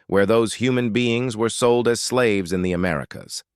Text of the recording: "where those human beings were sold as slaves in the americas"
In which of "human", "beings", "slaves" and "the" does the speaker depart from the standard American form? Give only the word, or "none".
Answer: none